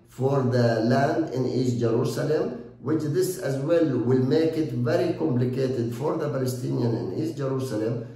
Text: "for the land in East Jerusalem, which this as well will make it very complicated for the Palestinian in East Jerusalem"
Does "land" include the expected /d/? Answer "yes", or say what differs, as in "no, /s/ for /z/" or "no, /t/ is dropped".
yes